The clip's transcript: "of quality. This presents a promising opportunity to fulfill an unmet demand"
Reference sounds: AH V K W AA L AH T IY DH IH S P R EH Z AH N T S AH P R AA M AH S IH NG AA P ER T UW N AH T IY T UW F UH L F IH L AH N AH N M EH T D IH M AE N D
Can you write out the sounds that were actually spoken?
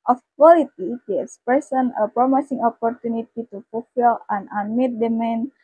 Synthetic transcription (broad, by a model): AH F K W AA L AH T IY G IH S P EH S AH N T AH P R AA M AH S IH NG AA P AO T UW N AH T IY T UW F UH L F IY L AH N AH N M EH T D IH M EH N